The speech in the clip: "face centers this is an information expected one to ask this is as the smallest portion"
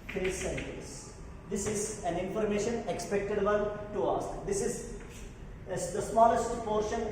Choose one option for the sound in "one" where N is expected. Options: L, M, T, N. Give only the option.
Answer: L